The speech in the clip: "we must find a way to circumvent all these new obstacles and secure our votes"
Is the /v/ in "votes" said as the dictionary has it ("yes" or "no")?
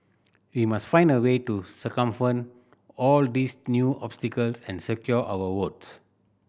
no